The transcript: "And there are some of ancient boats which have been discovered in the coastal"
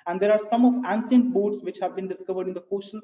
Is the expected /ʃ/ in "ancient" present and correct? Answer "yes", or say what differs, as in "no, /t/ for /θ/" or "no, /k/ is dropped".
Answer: no, /s/ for /ʃ/